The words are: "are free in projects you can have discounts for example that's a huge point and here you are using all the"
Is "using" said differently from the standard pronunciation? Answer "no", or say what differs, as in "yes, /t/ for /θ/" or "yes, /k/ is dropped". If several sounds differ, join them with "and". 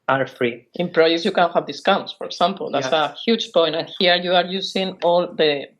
yes, /s/ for /z/